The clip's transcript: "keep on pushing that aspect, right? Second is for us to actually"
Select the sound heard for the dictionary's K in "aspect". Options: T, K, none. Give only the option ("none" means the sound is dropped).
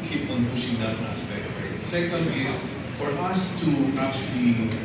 none